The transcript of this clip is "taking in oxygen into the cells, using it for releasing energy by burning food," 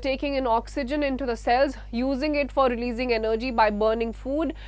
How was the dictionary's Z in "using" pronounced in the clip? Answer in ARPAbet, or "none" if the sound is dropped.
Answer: Z